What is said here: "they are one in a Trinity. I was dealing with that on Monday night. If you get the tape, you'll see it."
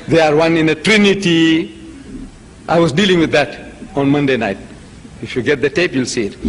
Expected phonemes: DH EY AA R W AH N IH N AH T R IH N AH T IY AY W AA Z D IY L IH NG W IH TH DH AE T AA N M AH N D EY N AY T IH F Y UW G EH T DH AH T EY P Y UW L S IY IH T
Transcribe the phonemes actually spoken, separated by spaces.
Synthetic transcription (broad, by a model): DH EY AA R W AH N IH N AH T R IH N AH T IY AY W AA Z D IY L IH NG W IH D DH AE T AA N M AH N D EY N AY T IH F Y UW G EH T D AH T EY P Y UW L S IY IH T